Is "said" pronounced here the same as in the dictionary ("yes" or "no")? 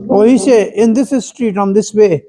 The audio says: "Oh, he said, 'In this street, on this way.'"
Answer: no